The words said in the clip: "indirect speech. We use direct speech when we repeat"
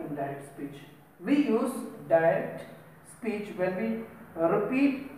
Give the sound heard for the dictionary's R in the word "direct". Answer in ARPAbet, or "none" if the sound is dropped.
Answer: none